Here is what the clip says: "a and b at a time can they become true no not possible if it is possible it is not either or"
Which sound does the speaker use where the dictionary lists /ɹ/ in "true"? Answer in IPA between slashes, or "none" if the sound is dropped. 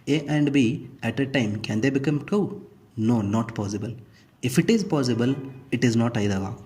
none